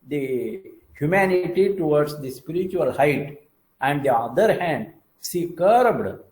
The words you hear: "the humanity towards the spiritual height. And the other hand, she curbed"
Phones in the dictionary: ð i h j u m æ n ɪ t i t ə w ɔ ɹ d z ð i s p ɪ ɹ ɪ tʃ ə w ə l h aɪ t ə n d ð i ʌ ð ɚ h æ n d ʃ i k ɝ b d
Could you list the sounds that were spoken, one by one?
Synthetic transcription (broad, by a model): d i h j u m æ n ɪ t i t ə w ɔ ɹ d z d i s p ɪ ɹ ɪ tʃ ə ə l h aɪ t ə n d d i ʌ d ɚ h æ n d s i k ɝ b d